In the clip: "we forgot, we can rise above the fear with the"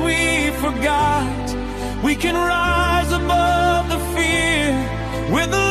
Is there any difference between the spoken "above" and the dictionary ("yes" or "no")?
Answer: no